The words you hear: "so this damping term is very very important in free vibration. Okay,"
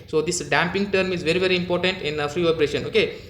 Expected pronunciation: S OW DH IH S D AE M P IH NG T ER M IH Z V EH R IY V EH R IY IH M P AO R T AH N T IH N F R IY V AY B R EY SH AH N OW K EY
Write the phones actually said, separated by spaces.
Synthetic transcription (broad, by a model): S OW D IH S D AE M P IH NG T ER M IH Z V EH R IY V EH R IY IH M P AO R T AH N T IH N F R IY P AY R EY SH AH N OW K EY